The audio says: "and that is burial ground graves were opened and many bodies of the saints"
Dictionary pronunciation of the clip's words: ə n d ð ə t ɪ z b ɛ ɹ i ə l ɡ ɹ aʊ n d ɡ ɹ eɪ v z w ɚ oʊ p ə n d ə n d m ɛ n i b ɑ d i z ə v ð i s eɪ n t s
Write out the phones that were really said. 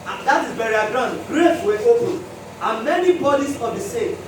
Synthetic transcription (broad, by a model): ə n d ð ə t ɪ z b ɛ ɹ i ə ɡ ɹ aʊ n d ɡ ɹ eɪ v w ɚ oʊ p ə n ə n m ɛ n i b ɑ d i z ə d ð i s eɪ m